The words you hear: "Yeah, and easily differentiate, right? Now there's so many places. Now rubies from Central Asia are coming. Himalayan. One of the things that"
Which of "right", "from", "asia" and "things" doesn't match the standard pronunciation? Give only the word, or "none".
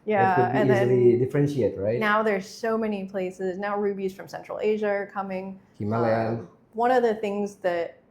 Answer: none